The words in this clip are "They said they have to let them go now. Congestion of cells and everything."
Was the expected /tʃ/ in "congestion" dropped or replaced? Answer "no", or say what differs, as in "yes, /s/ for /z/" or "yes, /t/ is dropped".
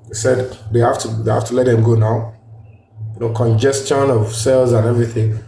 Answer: no